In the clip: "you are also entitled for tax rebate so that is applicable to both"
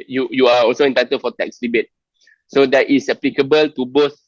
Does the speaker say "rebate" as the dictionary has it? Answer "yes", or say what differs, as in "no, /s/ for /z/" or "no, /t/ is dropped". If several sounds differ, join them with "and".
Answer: no, /l/ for /ɹ/